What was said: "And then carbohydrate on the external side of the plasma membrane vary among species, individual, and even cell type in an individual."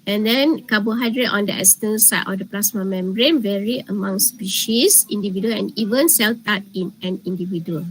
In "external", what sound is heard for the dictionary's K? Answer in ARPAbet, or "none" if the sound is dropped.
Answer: none